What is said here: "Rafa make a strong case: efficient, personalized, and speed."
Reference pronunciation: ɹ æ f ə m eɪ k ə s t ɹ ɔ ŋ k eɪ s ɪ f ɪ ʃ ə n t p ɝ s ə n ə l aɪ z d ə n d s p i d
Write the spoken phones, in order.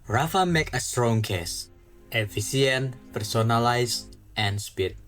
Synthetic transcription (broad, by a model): ɹ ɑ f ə m eɪ k ə s t ɹ ɔ ŋ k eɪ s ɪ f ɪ s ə n p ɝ s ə n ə l aɪ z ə n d s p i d